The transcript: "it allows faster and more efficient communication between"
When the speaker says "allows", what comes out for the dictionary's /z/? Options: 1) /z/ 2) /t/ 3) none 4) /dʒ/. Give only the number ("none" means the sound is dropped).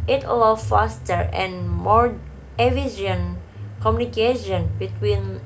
3